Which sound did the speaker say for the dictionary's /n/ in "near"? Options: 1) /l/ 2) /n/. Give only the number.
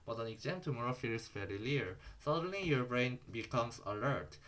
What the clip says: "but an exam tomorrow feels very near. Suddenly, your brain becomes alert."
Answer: 1